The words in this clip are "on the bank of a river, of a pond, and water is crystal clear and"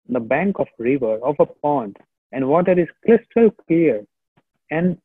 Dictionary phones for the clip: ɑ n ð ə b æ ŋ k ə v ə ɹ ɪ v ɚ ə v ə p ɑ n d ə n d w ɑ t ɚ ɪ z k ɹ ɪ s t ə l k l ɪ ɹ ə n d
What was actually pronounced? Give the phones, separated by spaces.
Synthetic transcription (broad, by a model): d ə b æ ŋ k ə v ɹ ɪ v ɚ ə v ə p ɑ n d ə n d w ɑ t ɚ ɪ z k l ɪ s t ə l k l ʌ ɹ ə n d